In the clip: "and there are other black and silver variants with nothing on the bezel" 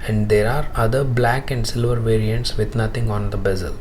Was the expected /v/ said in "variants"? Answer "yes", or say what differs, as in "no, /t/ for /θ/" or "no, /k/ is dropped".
yes